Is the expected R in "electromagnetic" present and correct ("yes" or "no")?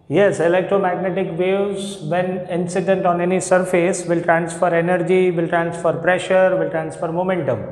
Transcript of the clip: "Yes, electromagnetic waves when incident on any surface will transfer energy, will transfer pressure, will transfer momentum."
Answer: no